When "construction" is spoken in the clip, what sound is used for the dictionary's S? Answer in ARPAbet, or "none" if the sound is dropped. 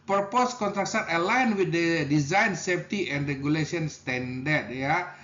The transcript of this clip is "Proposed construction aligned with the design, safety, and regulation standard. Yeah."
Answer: none